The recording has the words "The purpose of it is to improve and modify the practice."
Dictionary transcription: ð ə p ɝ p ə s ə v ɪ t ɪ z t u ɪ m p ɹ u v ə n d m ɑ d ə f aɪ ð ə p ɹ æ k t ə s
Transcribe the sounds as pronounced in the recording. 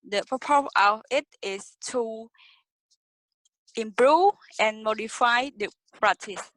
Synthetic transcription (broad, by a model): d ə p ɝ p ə ə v ɪ t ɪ s t u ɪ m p ɹ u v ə n m ɑ d ə f aɪ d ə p ɹ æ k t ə s